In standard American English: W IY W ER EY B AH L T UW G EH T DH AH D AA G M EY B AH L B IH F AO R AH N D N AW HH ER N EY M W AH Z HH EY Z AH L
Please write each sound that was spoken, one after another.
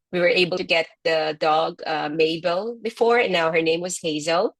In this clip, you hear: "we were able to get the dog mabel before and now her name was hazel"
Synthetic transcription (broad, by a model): W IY W ER EY AH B T UW G EH T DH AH D AA G M EY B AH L B IH F AO R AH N N AW HH ER N EY M W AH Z HH EY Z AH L